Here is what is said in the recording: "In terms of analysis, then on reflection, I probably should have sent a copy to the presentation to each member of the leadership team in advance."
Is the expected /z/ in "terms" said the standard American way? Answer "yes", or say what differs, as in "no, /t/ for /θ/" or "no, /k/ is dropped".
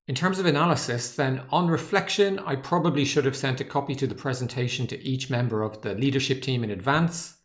yes